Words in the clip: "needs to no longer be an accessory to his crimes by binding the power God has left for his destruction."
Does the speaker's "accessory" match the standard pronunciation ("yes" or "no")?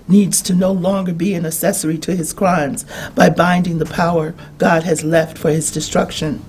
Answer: no